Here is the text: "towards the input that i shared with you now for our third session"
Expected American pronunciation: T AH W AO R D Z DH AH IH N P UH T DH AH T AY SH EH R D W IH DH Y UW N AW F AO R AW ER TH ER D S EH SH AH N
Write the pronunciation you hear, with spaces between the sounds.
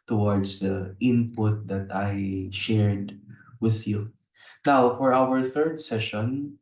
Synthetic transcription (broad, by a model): T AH W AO R D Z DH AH IH N P UH T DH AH T AY SH EH R D W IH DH Y UW N AW F AO R AW ER TH ER D S EH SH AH N